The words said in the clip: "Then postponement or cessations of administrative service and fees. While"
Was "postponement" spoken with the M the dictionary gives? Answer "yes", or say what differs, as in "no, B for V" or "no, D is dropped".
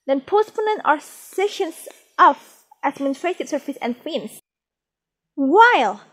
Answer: no, M is dropped